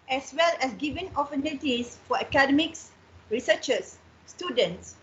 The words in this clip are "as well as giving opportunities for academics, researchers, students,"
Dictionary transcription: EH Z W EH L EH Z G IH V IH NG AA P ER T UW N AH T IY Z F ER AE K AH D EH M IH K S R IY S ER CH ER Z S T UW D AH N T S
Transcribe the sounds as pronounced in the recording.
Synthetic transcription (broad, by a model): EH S W EH L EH S G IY V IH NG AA F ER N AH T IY S F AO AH K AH D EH M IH K S R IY S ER CH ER S T UW D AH N T S